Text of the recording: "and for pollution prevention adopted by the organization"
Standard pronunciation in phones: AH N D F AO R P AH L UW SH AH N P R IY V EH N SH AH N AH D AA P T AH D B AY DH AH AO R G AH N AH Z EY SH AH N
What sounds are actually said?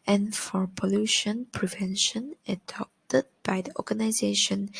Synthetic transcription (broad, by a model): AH N F AO R P AH L UW SH AH N P R IY V EH N SH AH N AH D AA P T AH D B AY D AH AO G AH N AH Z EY SH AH N